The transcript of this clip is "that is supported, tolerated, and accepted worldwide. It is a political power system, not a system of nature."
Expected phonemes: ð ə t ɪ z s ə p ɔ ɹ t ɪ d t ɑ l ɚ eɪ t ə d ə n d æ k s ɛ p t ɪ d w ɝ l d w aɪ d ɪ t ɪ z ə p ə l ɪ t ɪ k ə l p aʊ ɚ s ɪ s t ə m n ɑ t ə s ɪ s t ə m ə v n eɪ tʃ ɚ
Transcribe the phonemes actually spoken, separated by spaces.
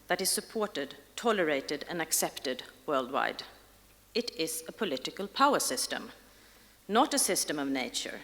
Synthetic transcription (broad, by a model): ð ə t ɪ z s ə p ɔ ɹ t ɪ d t ɑ l ɚ eɪ t ə d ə n æ k s ɛ p t ɪ d w ɝ l d w aɪ d ɪ t ɪ z ə p ə l ɪ t ɪ k ə l p aʊ ɚ s ɪ s t ə m n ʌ t ə s ɪ s t ə m ə v n eɪ tʃ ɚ